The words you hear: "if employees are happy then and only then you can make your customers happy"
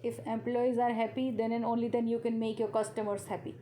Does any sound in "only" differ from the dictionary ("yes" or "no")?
no